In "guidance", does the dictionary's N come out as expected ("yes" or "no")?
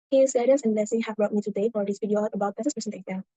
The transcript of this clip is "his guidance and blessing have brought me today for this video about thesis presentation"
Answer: no